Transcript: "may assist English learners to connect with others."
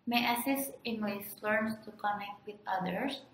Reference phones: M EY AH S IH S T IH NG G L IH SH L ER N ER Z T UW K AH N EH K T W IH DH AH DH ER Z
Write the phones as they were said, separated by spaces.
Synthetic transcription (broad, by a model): M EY AH S IH S T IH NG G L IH S L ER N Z T UW K AH N EH K T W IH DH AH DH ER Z